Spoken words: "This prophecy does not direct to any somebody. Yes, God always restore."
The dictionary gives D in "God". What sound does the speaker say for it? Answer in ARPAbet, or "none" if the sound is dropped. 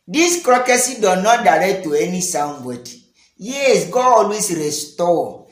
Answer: none